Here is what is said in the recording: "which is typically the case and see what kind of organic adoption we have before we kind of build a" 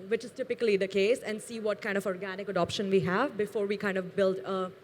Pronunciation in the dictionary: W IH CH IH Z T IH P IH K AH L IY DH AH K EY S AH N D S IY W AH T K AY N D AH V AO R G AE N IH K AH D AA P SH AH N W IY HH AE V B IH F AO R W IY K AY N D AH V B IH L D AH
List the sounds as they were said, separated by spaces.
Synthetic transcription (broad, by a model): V IH CH IH Z T IH P IH K AH L IY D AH K EY S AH N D S IY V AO T K AY N D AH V AO R G AE N IH K AH D AA P SH AH N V IY HH AE V B IH F AO R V IY K AY N D AH V B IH L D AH